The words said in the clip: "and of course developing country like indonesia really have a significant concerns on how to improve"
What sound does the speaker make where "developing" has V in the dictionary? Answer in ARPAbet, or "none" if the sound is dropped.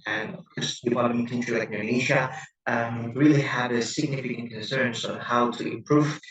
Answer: P